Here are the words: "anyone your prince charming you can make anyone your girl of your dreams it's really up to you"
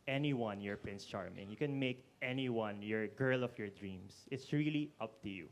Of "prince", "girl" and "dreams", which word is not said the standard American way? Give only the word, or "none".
dreams